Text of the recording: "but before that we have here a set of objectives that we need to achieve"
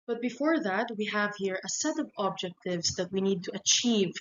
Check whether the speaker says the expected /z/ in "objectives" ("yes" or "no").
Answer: no